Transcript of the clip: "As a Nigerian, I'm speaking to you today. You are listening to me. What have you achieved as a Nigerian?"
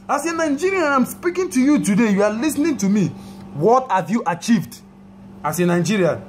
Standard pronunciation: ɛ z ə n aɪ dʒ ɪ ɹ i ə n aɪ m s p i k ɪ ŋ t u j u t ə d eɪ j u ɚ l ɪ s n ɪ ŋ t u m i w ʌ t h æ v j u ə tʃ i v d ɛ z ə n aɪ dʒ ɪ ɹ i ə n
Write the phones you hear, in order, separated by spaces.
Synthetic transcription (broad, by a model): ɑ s ə n aɪ dʒ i ɹ i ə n aɪ m s p i k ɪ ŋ t u j u t ə d eɪ j u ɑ l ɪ s n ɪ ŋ t u m i w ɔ t h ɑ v j u ə tʃ i v d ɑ s ə n aɪ dʒ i ɹ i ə n